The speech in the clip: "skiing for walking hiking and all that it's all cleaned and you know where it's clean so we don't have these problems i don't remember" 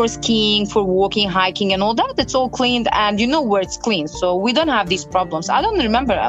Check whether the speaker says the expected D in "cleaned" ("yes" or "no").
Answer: yes